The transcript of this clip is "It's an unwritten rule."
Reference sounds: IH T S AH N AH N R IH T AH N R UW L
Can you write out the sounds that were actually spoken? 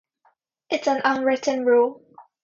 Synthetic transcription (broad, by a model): IH T S AH N AH N R IH T AH N R UW L